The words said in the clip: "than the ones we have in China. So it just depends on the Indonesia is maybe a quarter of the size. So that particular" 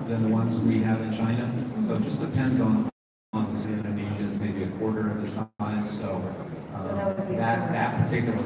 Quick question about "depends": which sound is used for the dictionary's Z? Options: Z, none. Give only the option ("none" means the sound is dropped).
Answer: Z